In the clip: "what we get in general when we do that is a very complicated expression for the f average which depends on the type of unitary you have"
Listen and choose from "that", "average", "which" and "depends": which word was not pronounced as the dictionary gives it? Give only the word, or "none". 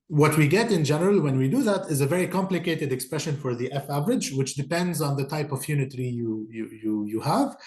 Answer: none